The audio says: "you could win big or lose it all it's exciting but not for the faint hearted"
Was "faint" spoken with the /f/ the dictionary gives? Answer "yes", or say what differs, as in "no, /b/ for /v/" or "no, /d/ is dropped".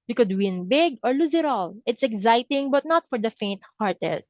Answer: yes